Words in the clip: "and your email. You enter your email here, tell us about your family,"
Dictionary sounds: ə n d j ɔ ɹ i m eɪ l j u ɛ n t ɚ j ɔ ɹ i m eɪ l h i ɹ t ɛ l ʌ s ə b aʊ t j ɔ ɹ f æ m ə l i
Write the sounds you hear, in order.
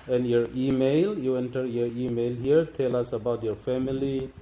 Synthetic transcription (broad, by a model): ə n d j ɔ ɹ i m eɪ l j u ɛ n t ɚ j ɔ ɹ i m eɪ l h i ɹ t ɛ l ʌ s ə b aʊ t j ɔ ɹ f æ m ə l i